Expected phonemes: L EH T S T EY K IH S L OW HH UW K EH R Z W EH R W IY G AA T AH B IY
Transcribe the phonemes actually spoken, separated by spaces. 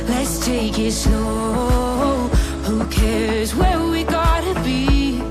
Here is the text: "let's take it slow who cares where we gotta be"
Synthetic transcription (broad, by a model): L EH T S T EY K IH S N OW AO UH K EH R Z W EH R W IY G AA T AH B IY